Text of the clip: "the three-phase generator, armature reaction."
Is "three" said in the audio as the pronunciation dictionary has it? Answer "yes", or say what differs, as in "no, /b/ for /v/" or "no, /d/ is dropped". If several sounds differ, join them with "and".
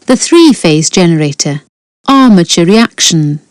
yes